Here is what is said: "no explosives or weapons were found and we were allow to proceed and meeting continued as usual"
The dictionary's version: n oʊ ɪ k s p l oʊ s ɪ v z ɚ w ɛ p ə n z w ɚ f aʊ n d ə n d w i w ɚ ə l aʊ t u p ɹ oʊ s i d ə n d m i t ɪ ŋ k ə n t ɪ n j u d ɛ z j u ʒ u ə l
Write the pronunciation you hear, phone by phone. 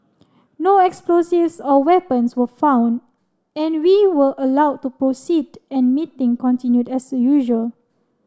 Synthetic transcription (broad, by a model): n oʊ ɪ k s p l oʊ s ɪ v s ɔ w ɛ p ə n s w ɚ f aʊ n d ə n w i w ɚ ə l aʊ t u p ɹ oʊ s i d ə n m i t ɪ ŋ k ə n t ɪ n j u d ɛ s j u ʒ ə l